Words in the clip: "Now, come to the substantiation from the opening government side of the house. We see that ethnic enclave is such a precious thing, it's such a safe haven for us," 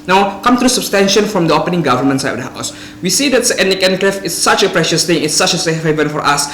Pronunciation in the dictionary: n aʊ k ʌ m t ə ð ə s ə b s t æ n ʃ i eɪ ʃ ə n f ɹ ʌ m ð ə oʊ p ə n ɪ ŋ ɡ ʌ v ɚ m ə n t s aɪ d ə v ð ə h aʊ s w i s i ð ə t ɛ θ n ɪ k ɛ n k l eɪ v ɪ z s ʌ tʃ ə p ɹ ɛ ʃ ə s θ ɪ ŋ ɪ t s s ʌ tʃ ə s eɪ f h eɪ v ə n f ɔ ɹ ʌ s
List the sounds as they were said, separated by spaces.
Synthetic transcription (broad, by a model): n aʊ k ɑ m t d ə s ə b s t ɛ n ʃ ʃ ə n f ɹ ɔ m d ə oʊ p ə n ɪ ŋ ɡ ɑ v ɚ m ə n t s aɪ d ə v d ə h aʊ s w i s i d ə t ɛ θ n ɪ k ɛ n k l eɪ f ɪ s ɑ tʃ ə p ɹ ɛ ʃ ə s t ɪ ŋ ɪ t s s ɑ tʃ ə s eɪ f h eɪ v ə n f ɔ ɹ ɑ s